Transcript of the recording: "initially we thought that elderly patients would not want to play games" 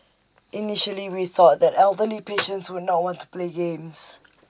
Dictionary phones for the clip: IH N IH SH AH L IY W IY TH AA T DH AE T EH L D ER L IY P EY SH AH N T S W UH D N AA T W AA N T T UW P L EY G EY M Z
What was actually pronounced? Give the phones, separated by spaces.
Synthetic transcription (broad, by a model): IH N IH SH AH L IY W IY TH AA T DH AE T EH L D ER L IY P EY SH AH N T S W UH D N AA T W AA N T T UW P L EY G EY M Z